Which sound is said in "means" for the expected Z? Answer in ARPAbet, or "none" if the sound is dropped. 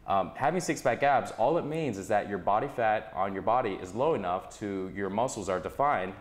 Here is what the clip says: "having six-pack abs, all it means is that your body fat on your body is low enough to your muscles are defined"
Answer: Z